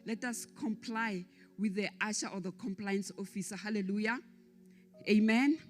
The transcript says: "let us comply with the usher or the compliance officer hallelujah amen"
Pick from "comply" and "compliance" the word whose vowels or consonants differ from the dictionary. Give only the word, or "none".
none